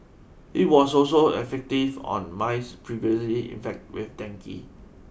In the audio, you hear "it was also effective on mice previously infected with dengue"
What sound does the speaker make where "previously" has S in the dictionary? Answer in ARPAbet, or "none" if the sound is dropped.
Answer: S